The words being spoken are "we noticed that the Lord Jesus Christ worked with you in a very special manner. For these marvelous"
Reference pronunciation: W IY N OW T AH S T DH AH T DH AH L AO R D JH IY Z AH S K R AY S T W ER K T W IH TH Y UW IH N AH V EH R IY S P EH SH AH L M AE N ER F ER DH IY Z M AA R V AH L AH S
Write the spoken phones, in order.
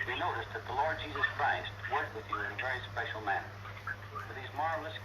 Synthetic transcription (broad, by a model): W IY N OW T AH S DH AH T DH AH L AO R D JH IY Z AH S K R AY S T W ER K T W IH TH IH N AH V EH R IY S P EH SH L M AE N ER F ER DH IY Z M AA R V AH L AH S